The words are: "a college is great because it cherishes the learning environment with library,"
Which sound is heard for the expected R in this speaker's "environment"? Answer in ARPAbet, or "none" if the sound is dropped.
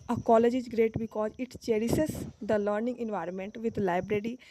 R